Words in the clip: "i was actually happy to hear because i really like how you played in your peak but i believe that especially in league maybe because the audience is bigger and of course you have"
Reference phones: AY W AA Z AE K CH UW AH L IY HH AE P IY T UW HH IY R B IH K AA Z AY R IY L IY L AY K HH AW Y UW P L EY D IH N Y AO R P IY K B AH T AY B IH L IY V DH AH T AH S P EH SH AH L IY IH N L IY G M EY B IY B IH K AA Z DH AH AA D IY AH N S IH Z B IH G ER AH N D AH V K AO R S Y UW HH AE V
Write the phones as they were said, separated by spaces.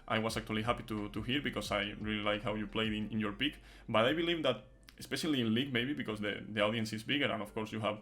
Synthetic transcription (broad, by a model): AY W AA S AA K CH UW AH L IY HH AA P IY T UW HH IY R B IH K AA S AY R IY L IY L AY K HH AW Y UW P L EY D IH N Y AO R P IY K B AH T AY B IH L IY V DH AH T AH S P EH SH AH L IY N L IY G M EY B IY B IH K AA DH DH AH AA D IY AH N S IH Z B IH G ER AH N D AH F K AO R S Y UW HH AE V